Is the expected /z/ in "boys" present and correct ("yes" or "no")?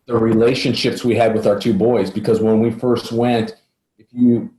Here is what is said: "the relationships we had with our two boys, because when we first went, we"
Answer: yes